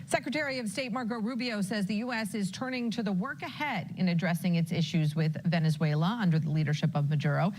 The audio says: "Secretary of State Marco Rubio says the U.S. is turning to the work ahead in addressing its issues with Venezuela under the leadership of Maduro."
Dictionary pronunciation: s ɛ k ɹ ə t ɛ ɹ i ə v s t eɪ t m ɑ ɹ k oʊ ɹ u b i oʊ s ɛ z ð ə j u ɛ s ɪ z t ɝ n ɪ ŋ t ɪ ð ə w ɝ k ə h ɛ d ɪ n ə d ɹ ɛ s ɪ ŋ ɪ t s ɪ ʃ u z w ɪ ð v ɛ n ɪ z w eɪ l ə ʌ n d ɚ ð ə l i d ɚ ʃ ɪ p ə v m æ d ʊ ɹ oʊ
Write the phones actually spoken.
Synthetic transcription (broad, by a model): s ɛ k ɹ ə t ɛ ɹ i ə v s t eɪ t m ɑ ɹ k oʊ ɹ u b i oʊ s ɛ z ð ə j u ɛ s ɪ z t ɝ n ɪ ŋ t ɪ ð ə w ɝ k ə h ɛ d ɪ n ə d ɹ ɛ s ɪ ŋ ɪ t s ɪ ʃ u z w ɪ ð v ɛ n ɪ z w eɪ l ə ʌ n d ɚ ð ə l i d ɚ ʃ ɪ p ə v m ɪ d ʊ ɹ oʊ